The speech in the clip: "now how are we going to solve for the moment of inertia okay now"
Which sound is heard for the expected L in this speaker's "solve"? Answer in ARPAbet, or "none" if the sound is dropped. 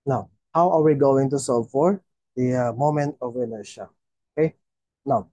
none